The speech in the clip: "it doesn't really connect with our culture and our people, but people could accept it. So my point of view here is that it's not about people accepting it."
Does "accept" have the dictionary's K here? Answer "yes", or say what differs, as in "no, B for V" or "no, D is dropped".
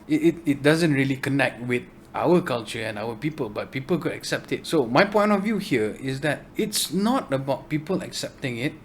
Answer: yes